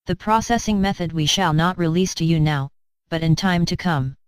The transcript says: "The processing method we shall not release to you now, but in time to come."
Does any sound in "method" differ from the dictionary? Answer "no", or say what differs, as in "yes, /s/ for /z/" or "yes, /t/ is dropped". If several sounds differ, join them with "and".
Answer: no